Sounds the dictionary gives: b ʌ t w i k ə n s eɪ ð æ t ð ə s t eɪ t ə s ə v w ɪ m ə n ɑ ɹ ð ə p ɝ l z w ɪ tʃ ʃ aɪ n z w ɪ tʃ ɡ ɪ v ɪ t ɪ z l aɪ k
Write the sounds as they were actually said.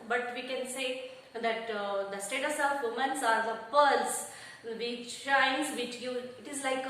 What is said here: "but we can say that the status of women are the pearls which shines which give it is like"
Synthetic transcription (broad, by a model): b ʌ t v i k ə n s eɪ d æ t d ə s t eɪ t ə s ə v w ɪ m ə n ɑ ɹ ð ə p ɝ l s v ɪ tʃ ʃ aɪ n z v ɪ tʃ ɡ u ɪ t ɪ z l aɪ k